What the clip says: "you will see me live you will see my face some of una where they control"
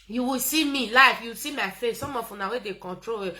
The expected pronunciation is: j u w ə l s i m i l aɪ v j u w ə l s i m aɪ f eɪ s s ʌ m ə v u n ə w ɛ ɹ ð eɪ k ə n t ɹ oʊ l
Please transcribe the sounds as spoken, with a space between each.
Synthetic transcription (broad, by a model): j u w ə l s i m i l aɪ f j u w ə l s i m aɪ f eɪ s s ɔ m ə f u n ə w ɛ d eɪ k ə n t ɹ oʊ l